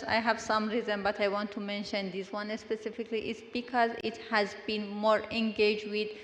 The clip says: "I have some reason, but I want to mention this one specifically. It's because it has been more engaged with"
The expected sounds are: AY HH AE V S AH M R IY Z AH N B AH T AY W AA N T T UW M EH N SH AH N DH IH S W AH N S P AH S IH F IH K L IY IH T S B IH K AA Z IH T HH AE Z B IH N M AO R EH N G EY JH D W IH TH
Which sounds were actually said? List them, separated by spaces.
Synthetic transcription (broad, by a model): AY HH AE V S AH M R IY Z AH N B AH T AY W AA N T T UW M EH N SH AH N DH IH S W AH N S P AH S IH F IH K L IY IH T S B IH K AA Z IH T HH AE Z B IH N M AO R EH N G EY JH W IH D